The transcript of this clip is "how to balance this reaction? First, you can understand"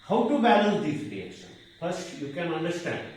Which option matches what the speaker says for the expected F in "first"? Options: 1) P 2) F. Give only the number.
1